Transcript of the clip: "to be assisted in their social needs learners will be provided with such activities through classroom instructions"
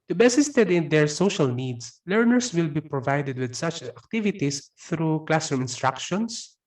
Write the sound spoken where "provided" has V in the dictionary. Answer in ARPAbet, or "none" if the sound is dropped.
V